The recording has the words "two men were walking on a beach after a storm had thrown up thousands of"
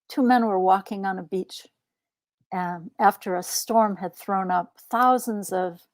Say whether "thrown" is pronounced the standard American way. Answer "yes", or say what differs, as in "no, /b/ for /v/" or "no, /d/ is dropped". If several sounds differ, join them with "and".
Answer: yes